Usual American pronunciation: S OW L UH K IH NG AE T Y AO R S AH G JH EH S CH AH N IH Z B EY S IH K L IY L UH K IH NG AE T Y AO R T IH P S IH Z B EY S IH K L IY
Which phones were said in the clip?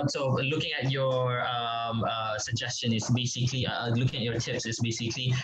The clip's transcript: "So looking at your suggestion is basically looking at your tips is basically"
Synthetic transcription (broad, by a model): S OW L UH K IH NG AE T Y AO R S AH G JH EH S CH AH N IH S B EY S IH K L IY L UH K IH NG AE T Y AO R T IH P S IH S B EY S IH K L IY